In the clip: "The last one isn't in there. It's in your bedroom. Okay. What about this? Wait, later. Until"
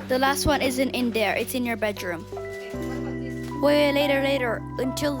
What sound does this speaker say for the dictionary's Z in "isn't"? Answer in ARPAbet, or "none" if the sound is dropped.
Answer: Z